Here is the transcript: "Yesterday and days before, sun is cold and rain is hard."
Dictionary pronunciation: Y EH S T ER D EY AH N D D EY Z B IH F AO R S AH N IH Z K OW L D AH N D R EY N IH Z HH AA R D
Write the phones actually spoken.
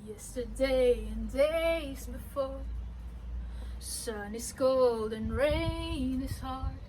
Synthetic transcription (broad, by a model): Y EH S T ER D EY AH N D D EY Z B IH F AO R S AH N IH Z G OW L D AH N R EY N IH Z HH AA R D